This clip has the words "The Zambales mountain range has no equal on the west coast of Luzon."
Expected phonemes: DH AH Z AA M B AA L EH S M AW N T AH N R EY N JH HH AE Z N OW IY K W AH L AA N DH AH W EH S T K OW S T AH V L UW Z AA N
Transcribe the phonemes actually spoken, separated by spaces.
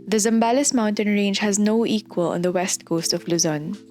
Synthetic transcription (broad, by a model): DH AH Z AA M B AA L EH S M AW N T AH N R EY N JH HH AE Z N OW IY K W AH L AA N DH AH W EH S T K OW S T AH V L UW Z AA N